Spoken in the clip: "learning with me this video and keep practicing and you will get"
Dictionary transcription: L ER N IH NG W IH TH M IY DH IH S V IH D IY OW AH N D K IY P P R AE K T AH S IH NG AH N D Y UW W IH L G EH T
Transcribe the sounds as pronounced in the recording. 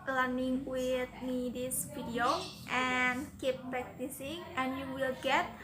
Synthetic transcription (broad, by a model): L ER N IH NG W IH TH M IY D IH S F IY D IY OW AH N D K IY P P R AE K T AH S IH NG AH N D Y UW W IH L G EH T